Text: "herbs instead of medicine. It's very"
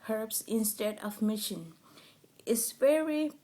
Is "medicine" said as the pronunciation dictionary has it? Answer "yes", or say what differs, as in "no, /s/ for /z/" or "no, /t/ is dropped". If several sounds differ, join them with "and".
no, /ʃ/ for /s/